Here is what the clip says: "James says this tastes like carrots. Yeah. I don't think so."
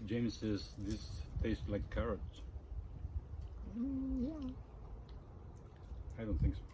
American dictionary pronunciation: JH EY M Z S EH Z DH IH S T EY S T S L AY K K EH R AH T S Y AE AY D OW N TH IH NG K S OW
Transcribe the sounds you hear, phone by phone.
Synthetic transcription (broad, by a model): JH EY M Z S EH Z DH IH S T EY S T L AY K K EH R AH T Y AE AY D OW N TH IH NG K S